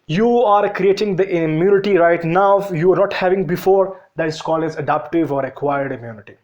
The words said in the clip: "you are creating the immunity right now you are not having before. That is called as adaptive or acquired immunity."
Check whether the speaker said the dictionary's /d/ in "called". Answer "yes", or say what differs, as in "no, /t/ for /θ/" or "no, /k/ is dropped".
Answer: no, /d/ is dropped